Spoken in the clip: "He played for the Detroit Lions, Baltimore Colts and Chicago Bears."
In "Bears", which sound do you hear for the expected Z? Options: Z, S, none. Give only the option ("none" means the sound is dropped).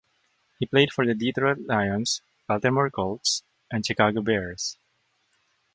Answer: S